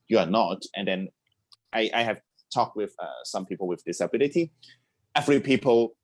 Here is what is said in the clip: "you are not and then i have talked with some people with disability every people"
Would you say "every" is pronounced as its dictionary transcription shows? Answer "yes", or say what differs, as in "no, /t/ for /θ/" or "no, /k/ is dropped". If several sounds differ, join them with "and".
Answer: no, /f/ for /v/